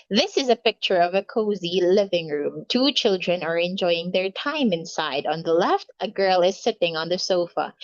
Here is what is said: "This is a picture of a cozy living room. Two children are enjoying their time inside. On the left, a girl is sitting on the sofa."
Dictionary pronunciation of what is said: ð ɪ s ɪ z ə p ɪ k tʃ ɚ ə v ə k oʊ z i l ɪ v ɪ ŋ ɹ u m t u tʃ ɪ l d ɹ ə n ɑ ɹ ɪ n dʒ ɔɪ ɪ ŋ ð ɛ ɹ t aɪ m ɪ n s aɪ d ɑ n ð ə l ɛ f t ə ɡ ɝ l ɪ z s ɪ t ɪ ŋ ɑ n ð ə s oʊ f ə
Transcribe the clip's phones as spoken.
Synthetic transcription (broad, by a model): ð ɪ s ɪ z ə p ɪ k tʃ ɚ ə v ə k oʊ z i l ɪ v ɪ ŋ ɹ u m t u tʃ ɪ l d ɹ ə n ɑ ɹ ɪ n dʒ ɔɪ ɪ ŋ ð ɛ ɹ t aɪ m ɪ n s aɪ d ɑ n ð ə l ɛ f t ə ɡ ɝ l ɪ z s ɪ t ɪ ŋ ɑ n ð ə s oʊ f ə